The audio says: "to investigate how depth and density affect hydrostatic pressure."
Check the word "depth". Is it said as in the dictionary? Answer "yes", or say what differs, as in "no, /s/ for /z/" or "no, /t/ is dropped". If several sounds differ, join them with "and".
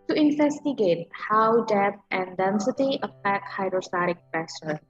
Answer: no, /p/ is dropped